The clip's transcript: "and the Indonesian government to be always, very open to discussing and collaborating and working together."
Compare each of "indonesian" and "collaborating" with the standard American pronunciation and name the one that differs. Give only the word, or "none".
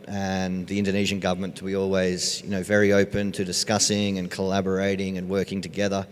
none